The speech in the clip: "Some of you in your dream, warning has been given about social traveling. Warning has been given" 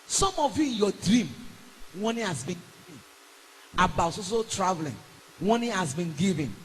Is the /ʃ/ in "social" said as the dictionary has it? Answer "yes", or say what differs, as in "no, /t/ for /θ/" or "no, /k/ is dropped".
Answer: no, /s/ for /ʃ/